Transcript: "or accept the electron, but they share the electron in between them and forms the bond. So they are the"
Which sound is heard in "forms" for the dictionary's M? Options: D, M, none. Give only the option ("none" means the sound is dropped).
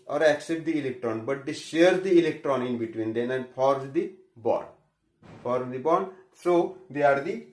none